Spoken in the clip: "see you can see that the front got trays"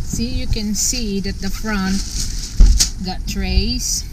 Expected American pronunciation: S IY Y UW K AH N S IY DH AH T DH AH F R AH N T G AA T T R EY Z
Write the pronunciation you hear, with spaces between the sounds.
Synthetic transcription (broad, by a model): S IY Y UW K AH N S IY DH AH T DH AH F R AH N T G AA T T R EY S